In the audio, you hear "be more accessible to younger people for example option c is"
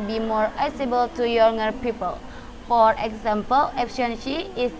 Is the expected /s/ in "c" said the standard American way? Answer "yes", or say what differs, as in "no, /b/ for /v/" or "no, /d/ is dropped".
no, /ʃ/ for /s/